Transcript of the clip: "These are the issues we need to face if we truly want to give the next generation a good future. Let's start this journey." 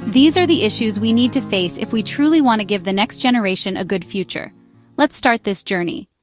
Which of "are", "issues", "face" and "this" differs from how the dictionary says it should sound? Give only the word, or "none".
none